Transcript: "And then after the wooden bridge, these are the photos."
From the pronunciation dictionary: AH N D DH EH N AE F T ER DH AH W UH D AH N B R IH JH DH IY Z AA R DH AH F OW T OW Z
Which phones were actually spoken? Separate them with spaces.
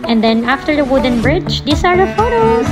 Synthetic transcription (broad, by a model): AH N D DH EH N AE F T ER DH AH W UH D AH N B R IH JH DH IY S AA R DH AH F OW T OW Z